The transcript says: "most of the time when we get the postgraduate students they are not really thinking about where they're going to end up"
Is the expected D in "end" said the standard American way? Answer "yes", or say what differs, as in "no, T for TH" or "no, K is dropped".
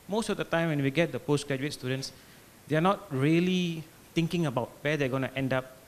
yes